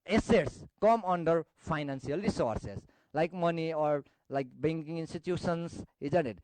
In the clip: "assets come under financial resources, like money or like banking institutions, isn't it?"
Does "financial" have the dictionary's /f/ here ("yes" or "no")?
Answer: no